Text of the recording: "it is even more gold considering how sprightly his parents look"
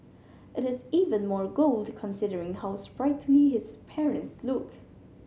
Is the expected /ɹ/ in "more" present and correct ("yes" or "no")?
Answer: yes